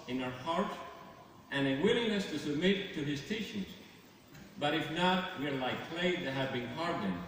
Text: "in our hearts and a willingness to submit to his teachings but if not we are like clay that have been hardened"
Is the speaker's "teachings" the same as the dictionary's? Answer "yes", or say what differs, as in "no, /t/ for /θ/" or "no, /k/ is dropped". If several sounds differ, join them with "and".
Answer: no, /ʃ/ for /tʃ/